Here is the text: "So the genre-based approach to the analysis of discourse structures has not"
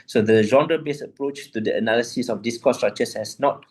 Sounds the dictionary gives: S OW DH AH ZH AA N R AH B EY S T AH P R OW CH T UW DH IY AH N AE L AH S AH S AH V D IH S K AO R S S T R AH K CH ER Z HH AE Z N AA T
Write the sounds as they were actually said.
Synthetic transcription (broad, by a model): S OW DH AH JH AA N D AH B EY S AH P R OW CH T UW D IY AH N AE L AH S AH S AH F D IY S K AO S S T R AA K CH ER S HH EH S N AA T